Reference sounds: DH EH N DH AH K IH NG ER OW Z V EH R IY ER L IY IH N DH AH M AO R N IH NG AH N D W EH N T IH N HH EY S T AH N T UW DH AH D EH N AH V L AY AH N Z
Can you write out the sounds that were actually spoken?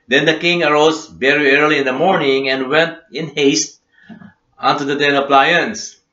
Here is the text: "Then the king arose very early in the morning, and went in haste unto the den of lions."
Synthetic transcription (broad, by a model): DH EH N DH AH K IH NG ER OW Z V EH R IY ER L IY IH N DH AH M AO R N IH NG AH N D W EH N T IH N HH EY S T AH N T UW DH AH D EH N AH P L AY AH N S